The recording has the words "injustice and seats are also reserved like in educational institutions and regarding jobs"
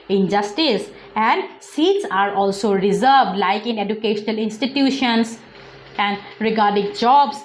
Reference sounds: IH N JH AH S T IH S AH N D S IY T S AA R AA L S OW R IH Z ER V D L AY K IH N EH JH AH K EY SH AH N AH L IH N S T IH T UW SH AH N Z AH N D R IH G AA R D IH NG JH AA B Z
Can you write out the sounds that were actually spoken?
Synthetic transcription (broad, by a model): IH N JH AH S T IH S AH N D S IY T S AA R AA L S OW R IH Z ER V D L AY K IH N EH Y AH K EY SH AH N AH L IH N S T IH T UW SH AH N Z AH N D R IH G AA R D IH NG JH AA B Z